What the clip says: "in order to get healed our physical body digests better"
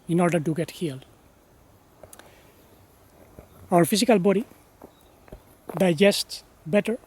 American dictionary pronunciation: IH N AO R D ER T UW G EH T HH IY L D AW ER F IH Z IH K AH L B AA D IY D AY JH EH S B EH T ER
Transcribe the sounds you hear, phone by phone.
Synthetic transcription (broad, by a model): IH N AO R D ER T UW G EH T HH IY L AW ER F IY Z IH K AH L B AA D IY D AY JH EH S B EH T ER